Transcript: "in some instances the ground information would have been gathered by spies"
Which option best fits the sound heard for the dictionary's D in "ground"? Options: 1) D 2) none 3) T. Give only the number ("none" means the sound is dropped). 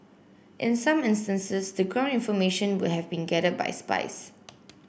2